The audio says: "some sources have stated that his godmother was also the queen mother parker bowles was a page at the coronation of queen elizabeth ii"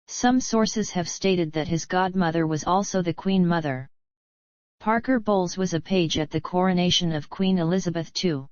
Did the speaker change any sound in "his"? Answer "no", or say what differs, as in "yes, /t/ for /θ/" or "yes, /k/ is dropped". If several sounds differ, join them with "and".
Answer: no